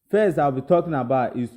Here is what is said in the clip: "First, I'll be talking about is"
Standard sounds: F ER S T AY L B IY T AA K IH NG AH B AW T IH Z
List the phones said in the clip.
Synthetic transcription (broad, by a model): F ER S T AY W B IY T AA K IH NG AH B AW T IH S